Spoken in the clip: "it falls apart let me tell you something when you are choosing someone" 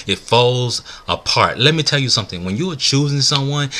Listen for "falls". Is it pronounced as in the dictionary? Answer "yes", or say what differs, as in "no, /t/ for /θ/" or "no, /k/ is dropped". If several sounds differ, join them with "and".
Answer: yes